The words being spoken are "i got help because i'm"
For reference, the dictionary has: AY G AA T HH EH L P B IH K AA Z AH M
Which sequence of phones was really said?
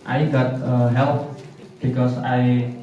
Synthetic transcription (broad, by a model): AY G AA T HH EH L P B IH K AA S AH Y